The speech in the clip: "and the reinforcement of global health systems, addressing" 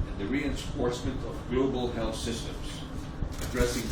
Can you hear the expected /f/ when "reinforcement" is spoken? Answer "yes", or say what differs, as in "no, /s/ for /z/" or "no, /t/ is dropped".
no, /p/ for /f/